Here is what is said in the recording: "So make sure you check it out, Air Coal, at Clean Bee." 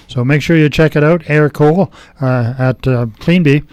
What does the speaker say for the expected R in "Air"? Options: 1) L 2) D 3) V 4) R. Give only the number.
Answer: 4